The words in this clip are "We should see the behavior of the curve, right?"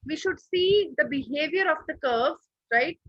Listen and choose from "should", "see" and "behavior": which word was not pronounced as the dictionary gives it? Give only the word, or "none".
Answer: none